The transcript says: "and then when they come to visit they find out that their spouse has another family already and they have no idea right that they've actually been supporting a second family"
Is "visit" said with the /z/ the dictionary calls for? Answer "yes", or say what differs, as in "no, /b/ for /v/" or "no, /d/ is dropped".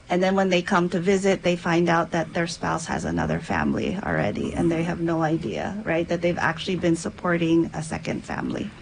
yes